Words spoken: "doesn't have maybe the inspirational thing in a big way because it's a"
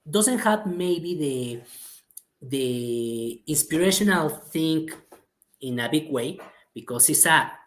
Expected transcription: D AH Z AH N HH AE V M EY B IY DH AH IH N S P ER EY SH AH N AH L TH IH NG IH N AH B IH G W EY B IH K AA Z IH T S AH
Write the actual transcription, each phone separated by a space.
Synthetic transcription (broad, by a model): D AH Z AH N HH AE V M EY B IY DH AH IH N S P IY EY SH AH N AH L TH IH NG IH N AH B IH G W EY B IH K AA S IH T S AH